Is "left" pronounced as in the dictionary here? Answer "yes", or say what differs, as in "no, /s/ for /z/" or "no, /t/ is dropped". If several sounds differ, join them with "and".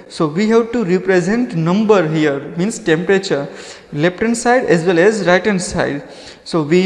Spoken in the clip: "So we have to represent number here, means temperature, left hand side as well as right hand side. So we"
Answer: no, /p/ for /f/